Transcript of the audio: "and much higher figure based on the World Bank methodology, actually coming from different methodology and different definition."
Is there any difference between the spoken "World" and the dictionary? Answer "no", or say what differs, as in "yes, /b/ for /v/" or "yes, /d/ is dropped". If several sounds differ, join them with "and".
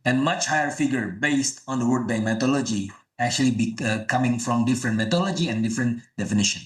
yes, /l/ is dropped